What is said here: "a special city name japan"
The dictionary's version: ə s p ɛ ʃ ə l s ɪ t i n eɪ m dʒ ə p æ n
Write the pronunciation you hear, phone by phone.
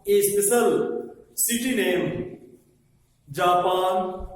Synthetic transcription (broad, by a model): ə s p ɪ s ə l s ɪ t i n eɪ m dʒ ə p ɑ n